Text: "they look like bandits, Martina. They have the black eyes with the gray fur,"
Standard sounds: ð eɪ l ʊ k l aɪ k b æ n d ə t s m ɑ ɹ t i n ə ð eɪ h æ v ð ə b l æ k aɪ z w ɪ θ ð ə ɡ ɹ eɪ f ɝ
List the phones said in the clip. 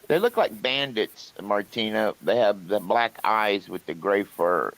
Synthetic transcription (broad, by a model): ð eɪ l ʊ k l aɪ k b æ n d ə t s m ɑ ɹ t i n ə ð eɪ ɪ v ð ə b l æ k aɪ z w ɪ ð ə ɡ ɹ eɪ f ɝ